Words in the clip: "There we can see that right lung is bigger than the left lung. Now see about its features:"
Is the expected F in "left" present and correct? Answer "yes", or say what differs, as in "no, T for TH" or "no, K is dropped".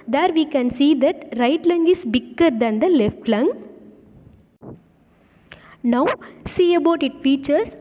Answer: yes